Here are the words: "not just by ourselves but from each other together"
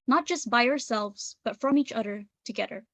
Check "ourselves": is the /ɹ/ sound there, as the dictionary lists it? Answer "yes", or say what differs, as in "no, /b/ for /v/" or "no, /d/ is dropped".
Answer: yes